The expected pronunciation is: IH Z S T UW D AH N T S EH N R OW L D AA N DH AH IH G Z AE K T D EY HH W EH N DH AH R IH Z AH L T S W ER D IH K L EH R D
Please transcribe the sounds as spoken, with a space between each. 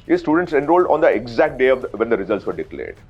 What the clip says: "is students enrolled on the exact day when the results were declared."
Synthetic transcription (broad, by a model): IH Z S T UW D AH N T S EH N R OW L D AA N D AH IH G Z AE K T D EY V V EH N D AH R IH Z AH L T S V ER D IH K L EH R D